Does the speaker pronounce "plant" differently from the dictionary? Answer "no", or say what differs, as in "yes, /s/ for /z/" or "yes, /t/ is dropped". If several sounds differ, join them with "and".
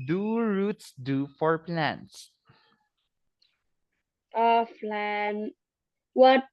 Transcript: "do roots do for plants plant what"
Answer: yes, /f/ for /p/